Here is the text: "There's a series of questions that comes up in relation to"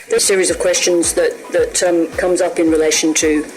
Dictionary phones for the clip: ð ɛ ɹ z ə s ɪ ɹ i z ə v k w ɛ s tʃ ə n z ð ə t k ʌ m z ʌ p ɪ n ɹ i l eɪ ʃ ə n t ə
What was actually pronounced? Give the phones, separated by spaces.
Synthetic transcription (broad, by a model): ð ə s ɪ ɹ i z ə v k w ɛ s tʃ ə n z ð ə t k ʌ m z ʌ p ɪ n ɹ i l eɪ ʃ ə n t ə